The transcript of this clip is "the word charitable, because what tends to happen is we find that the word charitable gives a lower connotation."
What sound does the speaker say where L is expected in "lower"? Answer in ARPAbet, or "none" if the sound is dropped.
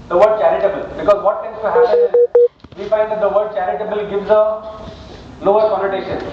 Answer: N